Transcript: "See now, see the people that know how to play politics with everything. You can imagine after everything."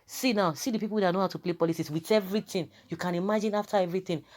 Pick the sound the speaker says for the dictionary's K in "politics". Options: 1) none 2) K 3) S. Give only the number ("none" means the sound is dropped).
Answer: 1